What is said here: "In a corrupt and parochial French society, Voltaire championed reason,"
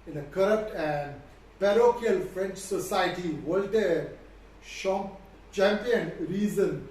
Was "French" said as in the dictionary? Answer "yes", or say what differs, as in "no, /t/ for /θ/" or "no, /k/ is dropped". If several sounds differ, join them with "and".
yes